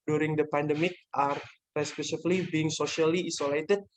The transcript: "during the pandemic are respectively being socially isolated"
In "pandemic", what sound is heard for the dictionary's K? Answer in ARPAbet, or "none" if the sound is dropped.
K